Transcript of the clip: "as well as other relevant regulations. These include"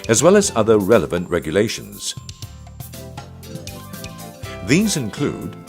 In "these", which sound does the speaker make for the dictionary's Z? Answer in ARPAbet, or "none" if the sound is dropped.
Z